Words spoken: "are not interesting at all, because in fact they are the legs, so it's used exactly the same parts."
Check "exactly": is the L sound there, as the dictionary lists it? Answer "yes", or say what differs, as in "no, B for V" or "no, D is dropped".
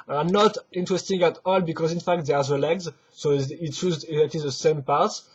no, L is dropped